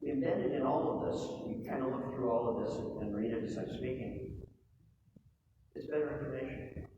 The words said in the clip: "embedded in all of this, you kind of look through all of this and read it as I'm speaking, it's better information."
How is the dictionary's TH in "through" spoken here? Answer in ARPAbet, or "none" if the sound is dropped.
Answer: TH